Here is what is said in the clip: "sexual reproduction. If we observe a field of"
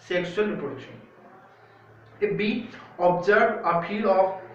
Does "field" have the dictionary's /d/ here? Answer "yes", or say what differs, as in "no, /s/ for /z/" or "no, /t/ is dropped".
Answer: no, /d/ is dropped